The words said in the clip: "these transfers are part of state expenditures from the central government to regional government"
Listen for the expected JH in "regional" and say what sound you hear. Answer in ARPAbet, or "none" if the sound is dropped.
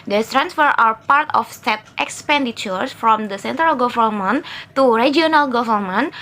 none